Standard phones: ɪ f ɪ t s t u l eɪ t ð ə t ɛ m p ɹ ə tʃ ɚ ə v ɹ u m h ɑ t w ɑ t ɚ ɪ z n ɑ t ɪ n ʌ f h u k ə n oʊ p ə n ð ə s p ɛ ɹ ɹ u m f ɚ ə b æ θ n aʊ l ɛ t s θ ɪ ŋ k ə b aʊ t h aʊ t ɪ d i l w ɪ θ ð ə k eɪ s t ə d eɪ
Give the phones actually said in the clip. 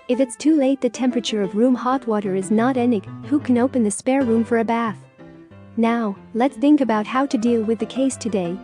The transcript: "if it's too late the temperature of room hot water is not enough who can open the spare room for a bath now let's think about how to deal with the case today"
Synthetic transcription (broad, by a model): ɪ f ɪ t s t u l eɪ t ð ə t ɛ m p ɹ ə tʃ ɚ ə v ɹ u m h ɑ t w ɑ t ɚ ɪ z n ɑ t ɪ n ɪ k h u k ə n oʊ p ə n ð ə s p ɛ ɹ ɹ u m f ɚ ə b æ θ n aʊ l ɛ t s θ ɪ ŋ k ə b aʊ t h aʊ t ɪ d i l w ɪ ð ə k eɪ s t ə d eɪ